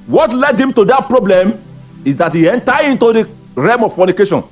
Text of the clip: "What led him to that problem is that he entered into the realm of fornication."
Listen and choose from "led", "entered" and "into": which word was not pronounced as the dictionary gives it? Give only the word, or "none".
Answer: entered